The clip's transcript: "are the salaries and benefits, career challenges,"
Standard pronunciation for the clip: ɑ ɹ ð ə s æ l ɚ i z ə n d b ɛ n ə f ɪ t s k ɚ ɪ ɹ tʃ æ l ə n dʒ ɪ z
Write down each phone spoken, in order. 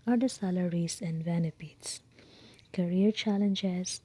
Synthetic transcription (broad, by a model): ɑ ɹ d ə s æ l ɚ i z ə n d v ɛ n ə p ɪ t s k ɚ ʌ ɹ tʃ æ l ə n dʒ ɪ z